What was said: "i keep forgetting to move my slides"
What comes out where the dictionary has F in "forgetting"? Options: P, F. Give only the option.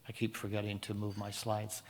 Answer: F